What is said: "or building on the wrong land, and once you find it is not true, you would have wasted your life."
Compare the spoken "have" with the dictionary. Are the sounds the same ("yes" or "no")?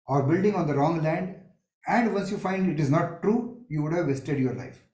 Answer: yes